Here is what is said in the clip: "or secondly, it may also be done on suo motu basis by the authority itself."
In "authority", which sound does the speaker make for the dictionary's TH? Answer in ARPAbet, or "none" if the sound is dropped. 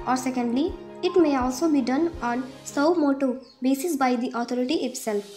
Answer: T